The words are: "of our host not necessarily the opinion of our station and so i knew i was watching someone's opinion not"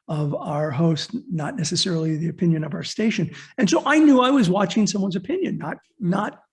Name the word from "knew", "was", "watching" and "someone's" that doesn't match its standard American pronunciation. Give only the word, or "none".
none